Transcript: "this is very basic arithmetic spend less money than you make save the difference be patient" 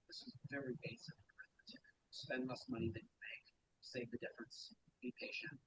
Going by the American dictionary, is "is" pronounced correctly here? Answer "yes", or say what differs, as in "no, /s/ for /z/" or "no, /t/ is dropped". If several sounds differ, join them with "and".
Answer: yes